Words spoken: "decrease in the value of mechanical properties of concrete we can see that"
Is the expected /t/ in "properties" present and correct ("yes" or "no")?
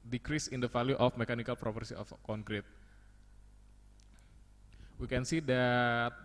no